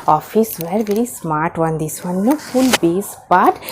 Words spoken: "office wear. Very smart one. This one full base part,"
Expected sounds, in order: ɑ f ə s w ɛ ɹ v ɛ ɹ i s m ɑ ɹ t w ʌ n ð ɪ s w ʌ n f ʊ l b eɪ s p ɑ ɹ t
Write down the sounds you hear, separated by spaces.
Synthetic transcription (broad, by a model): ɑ f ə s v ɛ ɹ v ɛ ɹ i s m ɑ ɹ t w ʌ n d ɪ s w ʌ n f ʊ l b eɪ s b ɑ t